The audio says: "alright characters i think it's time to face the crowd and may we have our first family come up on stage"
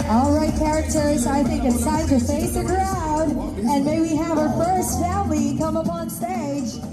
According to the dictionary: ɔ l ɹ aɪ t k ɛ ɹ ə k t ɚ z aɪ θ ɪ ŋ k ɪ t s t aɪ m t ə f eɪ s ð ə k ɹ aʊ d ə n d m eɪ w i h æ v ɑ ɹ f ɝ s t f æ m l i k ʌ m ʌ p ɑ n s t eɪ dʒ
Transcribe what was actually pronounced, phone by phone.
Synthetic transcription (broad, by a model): ɔ l ɹ aɪ t k ɛ ɹ ə k t ɚ z aɪ θ ɪ ŋ k ɪ t s aɪ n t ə f eɪ s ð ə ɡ ɹ aʊ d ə n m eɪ w i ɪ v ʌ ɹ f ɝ s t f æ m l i k ʌ m ʌ p ɑ n s t eɪ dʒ